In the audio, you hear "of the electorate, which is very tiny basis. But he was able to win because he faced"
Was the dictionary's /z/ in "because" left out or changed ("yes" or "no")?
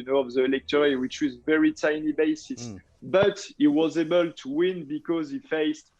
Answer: no